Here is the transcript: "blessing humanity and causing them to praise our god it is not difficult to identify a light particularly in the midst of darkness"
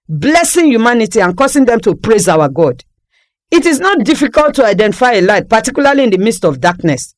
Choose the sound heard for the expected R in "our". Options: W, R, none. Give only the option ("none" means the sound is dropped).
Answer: W